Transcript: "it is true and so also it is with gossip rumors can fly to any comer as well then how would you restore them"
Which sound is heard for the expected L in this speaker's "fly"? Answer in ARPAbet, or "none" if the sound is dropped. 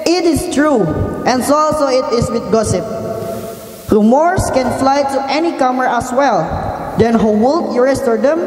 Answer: L